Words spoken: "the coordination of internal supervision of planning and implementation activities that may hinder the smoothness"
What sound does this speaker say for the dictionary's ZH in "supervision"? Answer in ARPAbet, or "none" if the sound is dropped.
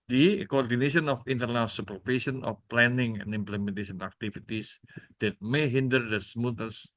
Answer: S